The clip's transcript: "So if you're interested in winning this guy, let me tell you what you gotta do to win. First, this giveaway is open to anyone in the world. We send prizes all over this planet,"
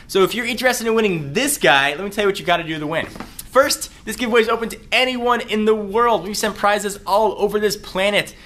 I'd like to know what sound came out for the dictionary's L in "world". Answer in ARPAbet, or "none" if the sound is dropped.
L